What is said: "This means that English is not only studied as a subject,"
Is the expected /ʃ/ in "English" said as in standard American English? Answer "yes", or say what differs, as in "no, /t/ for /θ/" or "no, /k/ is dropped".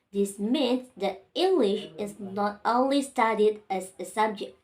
yes